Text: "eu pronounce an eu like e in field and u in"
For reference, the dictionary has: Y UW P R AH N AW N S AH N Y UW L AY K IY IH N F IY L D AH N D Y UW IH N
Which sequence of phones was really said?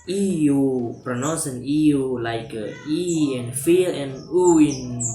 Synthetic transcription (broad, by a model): Y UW P R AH N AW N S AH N Y UW L AY K IY IH N F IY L AH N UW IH N